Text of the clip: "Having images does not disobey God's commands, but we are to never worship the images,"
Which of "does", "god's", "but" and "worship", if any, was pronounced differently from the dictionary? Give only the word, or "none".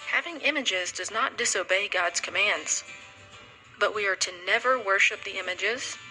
none